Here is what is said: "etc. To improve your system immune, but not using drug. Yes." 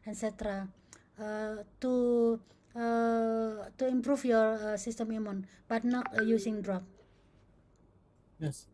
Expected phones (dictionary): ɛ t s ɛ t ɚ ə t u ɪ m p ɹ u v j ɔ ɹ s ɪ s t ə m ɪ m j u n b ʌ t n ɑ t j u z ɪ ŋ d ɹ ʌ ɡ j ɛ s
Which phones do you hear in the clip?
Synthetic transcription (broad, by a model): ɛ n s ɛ t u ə t u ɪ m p ɹ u f j ɔ ɹ s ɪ s t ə m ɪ m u n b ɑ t n ɑ t j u s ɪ ŋ d ɹ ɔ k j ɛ s